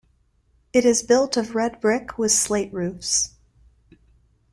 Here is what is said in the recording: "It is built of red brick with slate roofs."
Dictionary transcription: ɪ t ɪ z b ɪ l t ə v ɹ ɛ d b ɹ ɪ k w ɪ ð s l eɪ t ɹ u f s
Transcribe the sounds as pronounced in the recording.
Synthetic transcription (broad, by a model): ɪ t ɪ z b ɪ l t ə v ɹ ɛ d b ɹ ɪ k w ɪ ð s l eɪ t ɹ u f s